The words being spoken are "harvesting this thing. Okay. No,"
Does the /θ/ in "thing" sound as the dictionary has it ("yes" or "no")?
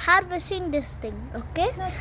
no